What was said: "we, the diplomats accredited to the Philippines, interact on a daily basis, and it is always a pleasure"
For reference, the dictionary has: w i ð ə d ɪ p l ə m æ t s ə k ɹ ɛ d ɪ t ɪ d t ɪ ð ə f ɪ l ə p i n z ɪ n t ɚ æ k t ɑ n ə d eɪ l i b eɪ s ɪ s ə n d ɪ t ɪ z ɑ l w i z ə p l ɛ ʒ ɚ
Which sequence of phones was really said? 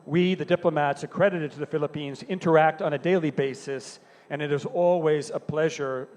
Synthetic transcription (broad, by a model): w i ð ə d ɪ p l ə m æ t s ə k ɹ ɛ d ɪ t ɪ d t ɪ ð ə f ɪ l ə p i n z ɪ n t ɚ æ k t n ə d eɪ l i b eɪ s ɪ s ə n ɪ t ɪ z ɑ l w i z ə p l ɛ ʒ ɚ